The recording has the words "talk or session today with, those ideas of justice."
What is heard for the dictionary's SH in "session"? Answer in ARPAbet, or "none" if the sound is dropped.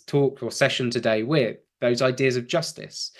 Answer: SH